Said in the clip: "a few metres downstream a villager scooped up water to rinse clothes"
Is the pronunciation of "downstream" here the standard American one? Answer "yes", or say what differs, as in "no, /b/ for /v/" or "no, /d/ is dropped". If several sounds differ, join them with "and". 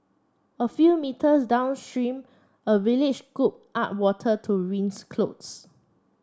yes